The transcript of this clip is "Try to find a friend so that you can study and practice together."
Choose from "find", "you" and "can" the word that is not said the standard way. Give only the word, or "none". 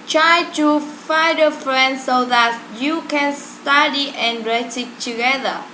find